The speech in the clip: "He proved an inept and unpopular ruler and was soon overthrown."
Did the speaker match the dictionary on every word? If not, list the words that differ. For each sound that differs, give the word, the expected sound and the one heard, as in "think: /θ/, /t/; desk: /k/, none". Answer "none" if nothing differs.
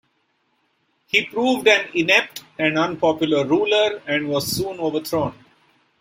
overthrown: /θ/, /t/